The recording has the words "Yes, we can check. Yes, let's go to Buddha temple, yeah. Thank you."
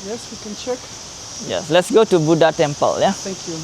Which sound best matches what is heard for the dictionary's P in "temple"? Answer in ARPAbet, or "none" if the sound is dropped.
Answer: P